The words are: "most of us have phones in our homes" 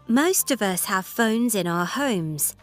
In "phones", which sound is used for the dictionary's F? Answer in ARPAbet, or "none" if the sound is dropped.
F